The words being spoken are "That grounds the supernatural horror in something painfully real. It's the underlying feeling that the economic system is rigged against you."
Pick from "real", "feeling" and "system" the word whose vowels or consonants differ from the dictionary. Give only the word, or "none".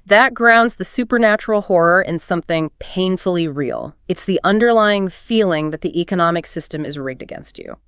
none